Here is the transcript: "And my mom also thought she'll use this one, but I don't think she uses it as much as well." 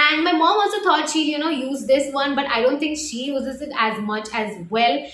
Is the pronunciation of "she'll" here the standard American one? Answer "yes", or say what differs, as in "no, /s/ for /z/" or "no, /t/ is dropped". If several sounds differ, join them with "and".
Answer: no, /n/ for /l/